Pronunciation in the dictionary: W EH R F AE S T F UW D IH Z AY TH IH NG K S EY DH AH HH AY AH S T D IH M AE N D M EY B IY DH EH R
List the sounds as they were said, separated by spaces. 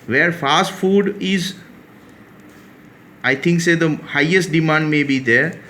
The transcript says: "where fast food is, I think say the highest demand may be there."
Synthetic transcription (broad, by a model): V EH R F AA S T F UW D IH Z AY T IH NG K S EY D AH HH AY AH S T D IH M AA N D M EY B IY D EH R